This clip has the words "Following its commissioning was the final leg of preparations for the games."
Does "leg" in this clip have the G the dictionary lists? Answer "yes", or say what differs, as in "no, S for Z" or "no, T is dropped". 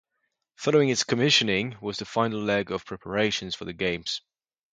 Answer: yes